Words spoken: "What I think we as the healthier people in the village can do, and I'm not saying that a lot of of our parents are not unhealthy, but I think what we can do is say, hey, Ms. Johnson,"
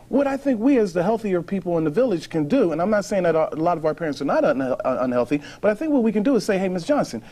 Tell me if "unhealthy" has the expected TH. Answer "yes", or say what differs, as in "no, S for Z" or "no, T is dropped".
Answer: yes